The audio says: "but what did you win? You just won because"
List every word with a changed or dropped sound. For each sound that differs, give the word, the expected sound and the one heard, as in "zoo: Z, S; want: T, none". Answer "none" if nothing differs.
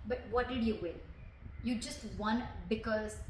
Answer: win: N, L